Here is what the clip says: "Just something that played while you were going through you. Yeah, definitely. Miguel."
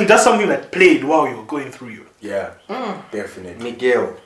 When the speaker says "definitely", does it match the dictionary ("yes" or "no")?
no